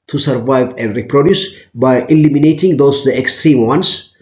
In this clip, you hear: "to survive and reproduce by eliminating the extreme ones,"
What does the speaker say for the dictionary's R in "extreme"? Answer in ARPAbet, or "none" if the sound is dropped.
R